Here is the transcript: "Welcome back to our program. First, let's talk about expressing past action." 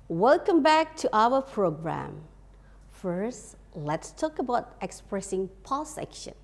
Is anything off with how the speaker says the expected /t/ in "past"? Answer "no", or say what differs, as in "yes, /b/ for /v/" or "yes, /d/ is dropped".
yes, /t/ is dropped